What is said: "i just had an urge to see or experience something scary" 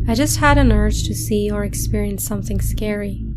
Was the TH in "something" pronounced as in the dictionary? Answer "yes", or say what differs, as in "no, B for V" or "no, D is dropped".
yes